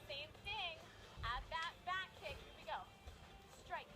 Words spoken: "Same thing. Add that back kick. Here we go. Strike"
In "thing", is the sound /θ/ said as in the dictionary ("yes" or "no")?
yes